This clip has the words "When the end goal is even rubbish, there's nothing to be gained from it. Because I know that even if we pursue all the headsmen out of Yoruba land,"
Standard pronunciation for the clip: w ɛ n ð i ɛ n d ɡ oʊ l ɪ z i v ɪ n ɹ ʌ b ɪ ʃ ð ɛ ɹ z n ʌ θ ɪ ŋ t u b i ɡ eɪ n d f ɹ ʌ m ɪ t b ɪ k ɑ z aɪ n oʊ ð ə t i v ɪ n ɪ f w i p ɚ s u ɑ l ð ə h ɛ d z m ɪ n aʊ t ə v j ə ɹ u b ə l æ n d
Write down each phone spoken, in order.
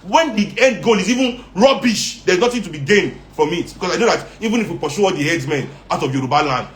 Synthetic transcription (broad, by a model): w ɛ n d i ɛ n d ɡ oʊ l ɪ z i v ɪ n ɹ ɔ b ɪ ʃ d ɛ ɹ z n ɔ t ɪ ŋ t u b i ɡ eɪ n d f ɹ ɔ m ɪ t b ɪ k ɑ s aɪ n oʊ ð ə t i v ɪ n ɪ f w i p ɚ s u ɑ l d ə h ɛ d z m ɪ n aʊ t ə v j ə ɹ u b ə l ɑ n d